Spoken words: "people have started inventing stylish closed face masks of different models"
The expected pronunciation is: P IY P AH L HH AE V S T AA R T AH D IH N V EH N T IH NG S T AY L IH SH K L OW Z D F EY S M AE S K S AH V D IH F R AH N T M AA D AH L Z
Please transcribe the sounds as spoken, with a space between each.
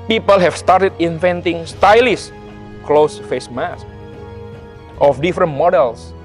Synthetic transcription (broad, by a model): P IY P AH L HH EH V S T AA R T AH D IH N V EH N T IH NG S T AY L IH S K L OW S F EY S M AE S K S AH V D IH F R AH N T M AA D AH L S